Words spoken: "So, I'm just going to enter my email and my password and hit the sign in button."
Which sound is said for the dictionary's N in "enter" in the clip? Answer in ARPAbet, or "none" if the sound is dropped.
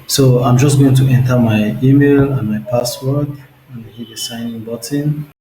N